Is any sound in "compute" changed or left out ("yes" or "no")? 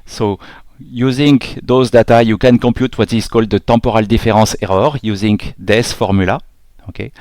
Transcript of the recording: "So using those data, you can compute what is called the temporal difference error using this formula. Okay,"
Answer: yes